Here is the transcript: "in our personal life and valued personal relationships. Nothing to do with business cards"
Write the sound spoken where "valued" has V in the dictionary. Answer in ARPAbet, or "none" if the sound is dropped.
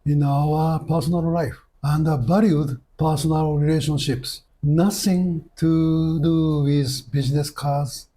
B